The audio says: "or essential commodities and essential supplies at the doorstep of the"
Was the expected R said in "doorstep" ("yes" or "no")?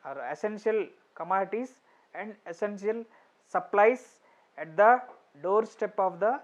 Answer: yes